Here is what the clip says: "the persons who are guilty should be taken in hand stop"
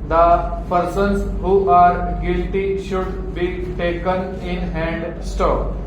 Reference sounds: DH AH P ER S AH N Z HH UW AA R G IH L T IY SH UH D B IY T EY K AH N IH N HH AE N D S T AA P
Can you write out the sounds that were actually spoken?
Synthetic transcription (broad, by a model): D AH P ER S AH N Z HH UW AA R G IH L T IY SH UH D B IY T EY K AH N IH N HH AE N D S T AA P